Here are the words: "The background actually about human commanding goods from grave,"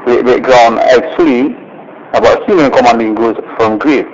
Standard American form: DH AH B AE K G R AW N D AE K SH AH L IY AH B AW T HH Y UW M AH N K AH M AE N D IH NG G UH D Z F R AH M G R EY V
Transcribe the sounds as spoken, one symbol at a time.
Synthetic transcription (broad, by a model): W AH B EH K G R AW N EH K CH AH L IY AH B AW T HH Y UW M AH N K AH M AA N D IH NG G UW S F R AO M G R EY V